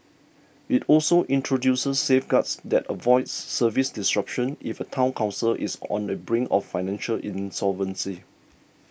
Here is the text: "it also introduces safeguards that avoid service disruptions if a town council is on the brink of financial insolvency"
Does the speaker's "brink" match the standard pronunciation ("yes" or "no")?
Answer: no